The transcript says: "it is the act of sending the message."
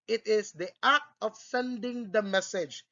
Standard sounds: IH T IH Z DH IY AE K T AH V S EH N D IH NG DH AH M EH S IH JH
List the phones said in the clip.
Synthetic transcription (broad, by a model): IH T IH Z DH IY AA T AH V S EH N D IH NG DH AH M EH S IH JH